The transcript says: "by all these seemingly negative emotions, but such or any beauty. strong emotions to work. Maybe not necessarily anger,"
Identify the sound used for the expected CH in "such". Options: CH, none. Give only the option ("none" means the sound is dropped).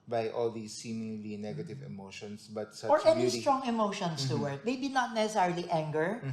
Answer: none